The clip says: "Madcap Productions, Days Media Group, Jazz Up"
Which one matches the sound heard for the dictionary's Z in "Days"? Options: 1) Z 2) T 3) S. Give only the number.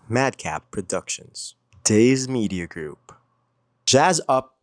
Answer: 1